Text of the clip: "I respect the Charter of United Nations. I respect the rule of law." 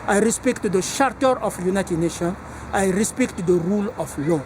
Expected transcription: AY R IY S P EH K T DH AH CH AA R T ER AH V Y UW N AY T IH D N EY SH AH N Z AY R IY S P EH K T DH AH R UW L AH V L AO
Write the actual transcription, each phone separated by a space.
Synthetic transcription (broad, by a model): AY R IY S P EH K T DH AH SH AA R T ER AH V Y UW N AY T IH D N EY SH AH N AY R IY S P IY K T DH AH R UW L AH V L AO